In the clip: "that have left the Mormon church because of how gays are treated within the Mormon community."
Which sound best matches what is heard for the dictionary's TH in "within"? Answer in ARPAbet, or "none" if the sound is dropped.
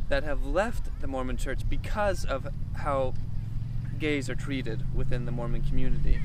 TH